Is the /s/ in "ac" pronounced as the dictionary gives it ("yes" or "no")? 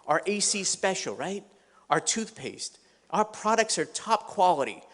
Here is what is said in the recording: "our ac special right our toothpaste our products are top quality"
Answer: yes